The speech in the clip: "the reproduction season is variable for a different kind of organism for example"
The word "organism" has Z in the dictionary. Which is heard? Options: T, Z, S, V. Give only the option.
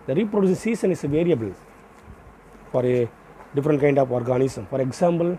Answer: S